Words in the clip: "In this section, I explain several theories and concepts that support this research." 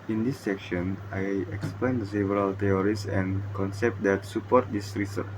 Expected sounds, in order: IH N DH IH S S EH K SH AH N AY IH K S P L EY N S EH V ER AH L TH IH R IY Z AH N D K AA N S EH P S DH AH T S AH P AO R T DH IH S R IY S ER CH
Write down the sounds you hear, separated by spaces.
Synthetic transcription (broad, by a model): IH N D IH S S EH K SH AH N AY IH K S P L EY N S EH V ER AH L T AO R IY S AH N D K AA N S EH P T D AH T S AH P AO R T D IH S R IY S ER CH